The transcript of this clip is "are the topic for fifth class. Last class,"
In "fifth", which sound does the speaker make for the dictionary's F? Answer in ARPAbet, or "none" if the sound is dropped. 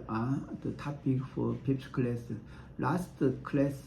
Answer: P